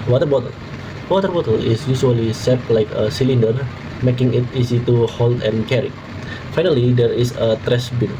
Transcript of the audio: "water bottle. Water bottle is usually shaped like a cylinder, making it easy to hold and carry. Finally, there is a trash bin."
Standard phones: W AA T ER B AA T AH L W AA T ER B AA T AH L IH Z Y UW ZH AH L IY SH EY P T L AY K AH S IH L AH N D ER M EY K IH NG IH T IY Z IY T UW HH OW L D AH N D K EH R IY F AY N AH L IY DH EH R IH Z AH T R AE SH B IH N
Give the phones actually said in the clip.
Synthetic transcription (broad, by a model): W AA T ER B AA T AH L W AA T ER B AA T AH L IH S Y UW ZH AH L IY S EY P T L AY K AH S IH L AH N D ER M EY K IH NG IH T IY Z IY T UW HH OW L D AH N K EH R IY F AY N AH L IY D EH R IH S AH T R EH S B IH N